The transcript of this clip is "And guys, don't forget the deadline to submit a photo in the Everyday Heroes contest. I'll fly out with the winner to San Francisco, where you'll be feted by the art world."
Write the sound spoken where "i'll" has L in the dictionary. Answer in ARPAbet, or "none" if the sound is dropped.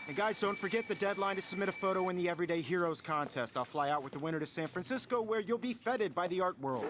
L